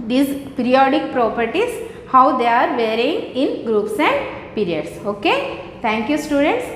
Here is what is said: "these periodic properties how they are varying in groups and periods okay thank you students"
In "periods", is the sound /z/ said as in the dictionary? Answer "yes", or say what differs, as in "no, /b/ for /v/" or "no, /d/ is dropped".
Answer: no, /s/ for /z/